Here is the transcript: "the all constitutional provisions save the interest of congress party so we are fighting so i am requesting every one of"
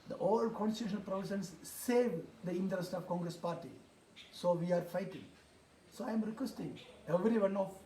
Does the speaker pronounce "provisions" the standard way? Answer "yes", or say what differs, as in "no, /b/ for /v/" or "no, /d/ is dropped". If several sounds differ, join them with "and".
no, /s/ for /ʒ/